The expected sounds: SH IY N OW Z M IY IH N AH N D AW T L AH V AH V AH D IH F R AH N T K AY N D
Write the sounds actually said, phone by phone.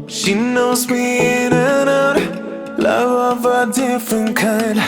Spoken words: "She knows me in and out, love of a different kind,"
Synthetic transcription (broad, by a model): SH IY N OW Z M IY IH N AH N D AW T L AH V AH V AH D IH F R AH N K AY N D